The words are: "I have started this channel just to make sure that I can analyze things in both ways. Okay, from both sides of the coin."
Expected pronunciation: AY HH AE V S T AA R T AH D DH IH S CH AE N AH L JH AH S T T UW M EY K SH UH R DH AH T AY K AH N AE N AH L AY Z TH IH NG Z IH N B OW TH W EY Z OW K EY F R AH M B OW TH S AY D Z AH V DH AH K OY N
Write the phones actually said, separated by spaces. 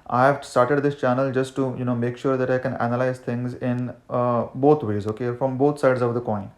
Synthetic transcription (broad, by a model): AY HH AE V S T AA R T AH D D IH S CH AE N AH L JH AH S T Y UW M EY K SH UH R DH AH T AY K AH N AE N AH L AY Z T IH NG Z IH N B OW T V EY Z OW K EY F R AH M B OW T S AY D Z AH V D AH K OY N